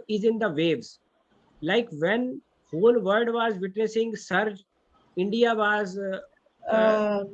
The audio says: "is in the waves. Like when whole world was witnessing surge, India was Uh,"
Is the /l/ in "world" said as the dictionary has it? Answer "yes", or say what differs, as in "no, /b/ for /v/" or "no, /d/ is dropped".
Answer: no, /l/ is dropped